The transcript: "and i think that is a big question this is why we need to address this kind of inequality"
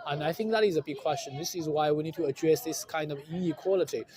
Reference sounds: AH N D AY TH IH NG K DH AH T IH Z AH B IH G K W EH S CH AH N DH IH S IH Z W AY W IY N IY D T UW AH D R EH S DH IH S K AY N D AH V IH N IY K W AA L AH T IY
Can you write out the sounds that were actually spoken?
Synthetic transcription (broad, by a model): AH N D AY TH IH NG K DH AH T IH Z AH B IH G K W EH S CH AH N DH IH S IH Z W AY W IY N IY D T UW AH D R EH S DH IH S K AY N D AH V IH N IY K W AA L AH T IY